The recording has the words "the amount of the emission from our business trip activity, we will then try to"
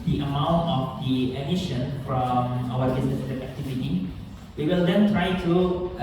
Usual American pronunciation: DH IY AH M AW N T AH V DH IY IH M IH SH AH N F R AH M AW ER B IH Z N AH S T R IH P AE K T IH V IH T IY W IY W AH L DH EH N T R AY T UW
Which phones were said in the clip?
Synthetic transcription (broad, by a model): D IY AH M AW N T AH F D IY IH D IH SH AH N F R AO M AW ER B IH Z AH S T IH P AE K T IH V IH T IY W IY W AH L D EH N T R AY T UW